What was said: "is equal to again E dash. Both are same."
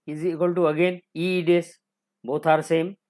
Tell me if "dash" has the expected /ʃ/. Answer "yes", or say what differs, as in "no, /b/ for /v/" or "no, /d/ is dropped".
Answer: no, /s/ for /ʃ/